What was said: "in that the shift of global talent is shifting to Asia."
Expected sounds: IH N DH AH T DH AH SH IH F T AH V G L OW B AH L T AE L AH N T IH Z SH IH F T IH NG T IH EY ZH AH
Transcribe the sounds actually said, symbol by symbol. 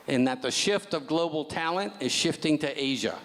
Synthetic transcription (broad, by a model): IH N DH AH T DH AH SH IH F T AH V G L OW B L T AE L AH N T IH Z SH IH F T IH NG T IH EY ZH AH